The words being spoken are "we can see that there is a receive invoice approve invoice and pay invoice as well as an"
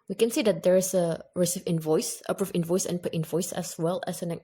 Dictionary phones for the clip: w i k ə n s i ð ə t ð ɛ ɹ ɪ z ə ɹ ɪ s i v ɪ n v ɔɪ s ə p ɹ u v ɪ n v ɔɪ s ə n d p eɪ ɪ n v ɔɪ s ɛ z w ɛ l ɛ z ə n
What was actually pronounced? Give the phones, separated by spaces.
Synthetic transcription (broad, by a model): w i k ə n s i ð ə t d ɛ ɹ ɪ s ə ɹ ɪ s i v ɪ n v ɔɪ s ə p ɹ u f ɪ n v ɔɪ s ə n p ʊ ɪ n v ɔɪ s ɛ s w ɛ l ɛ s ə n